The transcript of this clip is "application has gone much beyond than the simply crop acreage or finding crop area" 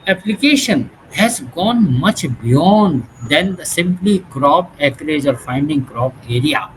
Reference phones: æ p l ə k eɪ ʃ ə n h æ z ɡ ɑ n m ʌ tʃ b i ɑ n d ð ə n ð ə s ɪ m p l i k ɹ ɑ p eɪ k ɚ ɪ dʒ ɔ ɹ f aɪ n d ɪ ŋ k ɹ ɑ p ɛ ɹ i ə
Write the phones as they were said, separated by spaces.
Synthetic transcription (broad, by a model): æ p l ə k eɪ ʃ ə n h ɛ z ɡ ɑ n m ʌ tʃ b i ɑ n d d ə n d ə s ɪ m p l i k ɹ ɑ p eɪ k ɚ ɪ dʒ ɔ ɹ f aɪ n d ɪ ŋ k ɹ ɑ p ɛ ɹ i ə